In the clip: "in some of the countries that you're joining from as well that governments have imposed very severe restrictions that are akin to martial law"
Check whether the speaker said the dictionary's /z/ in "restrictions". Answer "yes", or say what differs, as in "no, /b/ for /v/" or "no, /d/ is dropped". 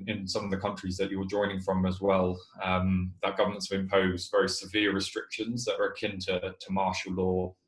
yes